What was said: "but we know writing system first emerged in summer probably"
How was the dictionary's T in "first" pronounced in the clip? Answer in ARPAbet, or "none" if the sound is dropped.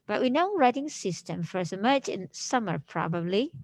none